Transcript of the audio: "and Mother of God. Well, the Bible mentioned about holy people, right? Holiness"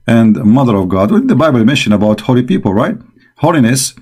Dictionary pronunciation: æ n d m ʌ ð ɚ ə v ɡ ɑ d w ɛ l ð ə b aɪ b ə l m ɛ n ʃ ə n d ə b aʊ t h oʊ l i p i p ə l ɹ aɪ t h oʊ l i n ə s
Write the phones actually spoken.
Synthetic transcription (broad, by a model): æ n d m ʌ ð ɚ ə v ɡ ɑ d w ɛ ð ə b aɪ b ə l m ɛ n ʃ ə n ə b aʊ t h oʊ l i p i p ə l ɹ aɪ t h oʊ l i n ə s